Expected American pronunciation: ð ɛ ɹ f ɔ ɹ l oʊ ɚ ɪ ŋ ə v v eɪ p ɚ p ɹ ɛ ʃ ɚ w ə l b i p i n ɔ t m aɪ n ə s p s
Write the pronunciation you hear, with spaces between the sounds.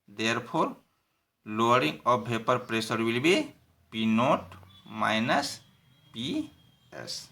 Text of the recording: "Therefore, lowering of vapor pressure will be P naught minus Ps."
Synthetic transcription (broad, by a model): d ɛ ɹ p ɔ ɹ l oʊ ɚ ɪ ŋ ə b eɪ p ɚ p ɹ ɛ s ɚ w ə l b i p i n ɔ t m aɪ n ə s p s